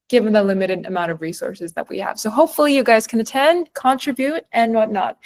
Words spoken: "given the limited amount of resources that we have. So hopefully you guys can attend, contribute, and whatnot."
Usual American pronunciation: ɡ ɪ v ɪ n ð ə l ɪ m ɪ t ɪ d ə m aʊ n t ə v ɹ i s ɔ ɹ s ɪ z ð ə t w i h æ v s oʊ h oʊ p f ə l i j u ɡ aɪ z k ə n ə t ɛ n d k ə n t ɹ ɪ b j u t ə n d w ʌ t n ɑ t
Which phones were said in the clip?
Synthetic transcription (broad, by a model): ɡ ɪ v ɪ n ð ə l ɪ m ɪ t ɪ d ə m aʊ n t ə v ɹ i s ɔ ɹ s ɪ z ð ə t w i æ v s oʊ h oʊ p f l i j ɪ ɡ aɪ z k ə n ə t ɛ n d k ə n t ɹ ɪ b j u t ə n w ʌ t n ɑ t